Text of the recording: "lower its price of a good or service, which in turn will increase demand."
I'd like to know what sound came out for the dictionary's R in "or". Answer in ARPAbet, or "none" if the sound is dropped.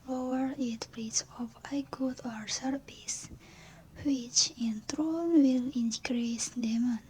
R